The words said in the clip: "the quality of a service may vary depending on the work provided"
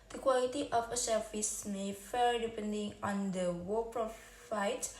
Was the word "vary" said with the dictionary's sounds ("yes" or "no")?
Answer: no